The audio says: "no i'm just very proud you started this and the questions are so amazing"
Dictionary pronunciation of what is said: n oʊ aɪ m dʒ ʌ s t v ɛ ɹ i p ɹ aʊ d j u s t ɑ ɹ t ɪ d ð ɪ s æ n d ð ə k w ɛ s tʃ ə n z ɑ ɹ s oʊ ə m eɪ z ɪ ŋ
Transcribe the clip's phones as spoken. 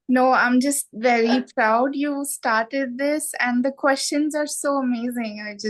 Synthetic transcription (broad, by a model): n oʊ aɪ m dʒ ʌ s t v ɛ ɹ i p ɹ aʊ d j u s t ɑ ɹ t ɪ d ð ɪ s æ n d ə k w ɛ s tʃ ə n z ɑ ɹ s oʊ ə m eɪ z ɪ ŋ